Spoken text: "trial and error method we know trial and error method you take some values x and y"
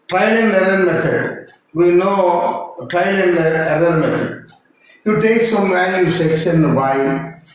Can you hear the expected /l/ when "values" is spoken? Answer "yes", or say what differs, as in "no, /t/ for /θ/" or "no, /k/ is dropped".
no, /n/ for /l/